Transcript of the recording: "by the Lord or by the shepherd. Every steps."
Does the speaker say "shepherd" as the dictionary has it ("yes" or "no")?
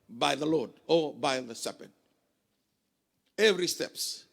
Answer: no